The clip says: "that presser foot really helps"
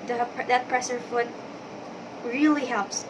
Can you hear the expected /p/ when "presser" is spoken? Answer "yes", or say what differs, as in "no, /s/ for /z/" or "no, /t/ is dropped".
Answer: yes